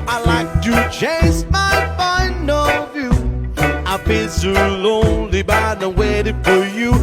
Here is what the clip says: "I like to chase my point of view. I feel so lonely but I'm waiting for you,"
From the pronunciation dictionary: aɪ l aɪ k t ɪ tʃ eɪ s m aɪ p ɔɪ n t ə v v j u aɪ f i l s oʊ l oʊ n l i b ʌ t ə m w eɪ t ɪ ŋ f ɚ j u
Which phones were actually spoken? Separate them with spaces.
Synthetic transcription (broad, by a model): aɪ l aɪ k t ɪ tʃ eɪ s m aɪ f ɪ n ə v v j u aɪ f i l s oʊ l oʊ n l i b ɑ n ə w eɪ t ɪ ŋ f ɚ j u